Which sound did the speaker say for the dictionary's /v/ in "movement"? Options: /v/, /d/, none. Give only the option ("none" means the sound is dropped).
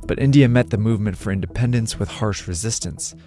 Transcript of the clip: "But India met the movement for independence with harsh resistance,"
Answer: /v/